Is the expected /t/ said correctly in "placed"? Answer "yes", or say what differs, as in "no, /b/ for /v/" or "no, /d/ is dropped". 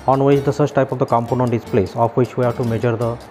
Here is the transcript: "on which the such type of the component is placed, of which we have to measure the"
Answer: no, /t/ is dropped